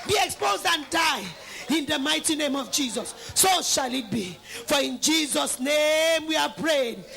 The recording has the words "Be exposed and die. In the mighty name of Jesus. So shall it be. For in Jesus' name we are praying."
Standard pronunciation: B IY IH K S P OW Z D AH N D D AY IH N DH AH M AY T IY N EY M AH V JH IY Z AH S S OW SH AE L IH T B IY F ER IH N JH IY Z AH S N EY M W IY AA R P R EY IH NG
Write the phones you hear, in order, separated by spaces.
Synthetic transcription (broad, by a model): B IY IH K S P OW Z D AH N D D AY IH N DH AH M AY T IY N EY M AH V JH IY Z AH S S OW SH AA L IH T B IY F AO IH N JH IY Z AH S N EY M W IY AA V P R EY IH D